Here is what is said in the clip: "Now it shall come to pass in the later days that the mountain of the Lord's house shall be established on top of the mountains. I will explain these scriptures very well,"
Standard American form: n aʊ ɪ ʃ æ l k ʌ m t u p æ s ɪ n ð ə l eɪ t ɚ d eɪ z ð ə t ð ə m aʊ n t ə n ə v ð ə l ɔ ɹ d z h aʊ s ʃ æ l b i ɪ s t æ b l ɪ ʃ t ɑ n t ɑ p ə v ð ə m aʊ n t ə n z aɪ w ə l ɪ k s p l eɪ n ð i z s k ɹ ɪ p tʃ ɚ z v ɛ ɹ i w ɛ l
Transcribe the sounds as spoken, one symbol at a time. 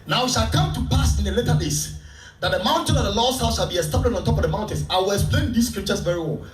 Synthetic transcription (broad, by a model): n aʊ ɪ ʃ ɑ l k ʌ m t u p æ s ɪ n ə l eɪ t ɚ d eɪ s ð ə t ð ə m aʊ n t ə n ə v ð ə l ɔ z h aʊ s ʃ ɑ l b i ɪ s t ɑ b l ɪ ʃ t ɑ n t ɑ p ə v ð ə m aʊ n t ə n s aɪ w ə l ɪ k s p l eɪ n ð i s k ɹ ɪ p tʃ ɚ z v ɛ ɹ i w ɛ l